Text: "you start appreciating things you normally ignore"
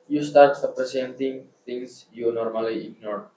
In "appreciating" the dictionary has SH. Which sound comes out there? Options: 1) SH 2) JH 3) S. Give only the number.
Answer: 3